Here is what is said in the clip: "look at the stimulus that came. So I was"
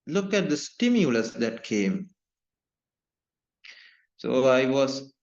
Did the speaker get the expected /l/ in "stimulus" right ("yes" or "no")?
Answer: yes